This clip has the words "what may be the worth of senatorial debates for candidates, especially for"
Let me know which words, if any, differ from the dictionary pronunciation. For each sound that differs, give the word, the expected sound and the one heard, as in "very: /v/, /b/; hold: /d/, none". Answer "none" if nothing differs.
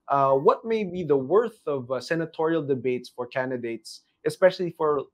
none